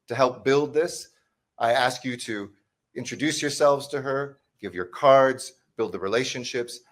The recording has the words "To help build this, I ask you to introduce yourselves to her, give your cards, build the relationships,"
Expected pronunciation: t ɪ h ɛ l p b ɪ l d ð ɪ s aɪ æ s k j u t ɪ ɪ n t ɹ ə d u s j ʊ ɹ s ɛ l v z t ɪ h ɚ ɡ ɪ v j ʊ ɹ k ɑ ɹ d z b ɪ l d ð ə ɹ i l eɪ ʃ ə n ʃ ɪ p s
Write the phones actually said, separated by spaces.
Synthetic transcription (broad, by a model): t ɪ h ɛ l p b ɪ l d ð ɪ s aɪ æ s k j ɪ t ɪ ɪ n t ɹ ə d u s j ʊ ɹ s ɛ l v z t ɪ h ɚ ɡ ɪ v j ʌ ɹ k ɑ ɹ d z b ɪ l d ð ə ɹ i l eɪ ʃ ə n ʃ ɪ p s